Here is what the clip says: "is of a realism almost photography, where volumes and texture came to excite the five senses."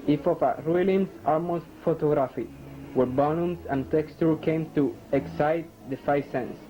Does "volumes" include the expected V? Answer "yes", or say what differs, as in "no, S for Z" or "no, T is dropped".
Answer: no, B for V